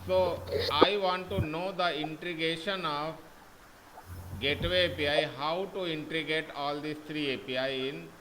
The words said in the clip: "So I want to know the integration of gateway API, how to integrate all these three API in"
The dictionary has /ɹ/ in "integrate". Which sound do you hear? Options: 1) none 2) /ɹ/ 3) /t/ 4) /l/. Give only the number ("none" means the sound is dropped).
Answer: 1